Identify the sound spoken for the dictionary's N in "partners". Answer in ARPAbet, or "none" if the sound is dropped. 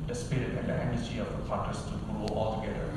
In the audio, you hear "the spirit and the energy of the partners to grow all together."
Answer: none